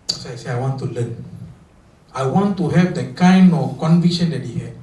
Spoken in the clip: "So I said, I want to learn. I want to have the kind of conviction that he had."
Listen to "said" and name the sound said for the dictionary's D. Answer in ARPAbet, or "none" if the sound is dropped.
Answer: none